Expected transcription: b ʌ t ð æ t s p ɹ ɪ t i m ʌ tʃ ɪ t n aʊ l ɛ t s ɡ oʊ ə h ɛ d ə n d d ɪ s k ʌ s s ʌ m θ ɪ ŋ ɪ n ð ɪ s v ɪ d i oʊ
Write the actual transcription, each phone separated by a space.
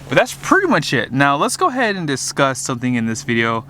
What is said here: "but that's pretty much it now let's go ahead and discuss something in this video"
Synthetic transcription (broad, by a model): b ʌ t ð æ t s p ɹ ɪ t i m ʌ tʃ ɪ t n aʊ l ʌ t s ɡ oʊ ə h ɛ d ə n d d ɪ s k ʌ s s ʌ m θ ɪ ŋ ɪ n ð ɪ s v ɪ d i oʊ